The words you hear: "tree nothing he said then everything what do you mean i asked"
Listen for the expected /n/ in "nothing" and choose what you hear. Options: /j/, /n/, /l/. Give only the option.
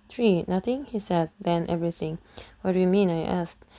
/n/